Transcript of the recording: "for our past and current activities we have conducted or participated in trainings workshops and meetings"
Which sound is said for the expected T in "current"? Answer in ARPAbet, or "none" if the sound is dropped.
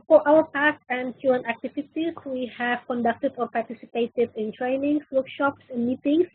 none